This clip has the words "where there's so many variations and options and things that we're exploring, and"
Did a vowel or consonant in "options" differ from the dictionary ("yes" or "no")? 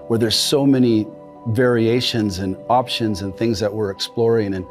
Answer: no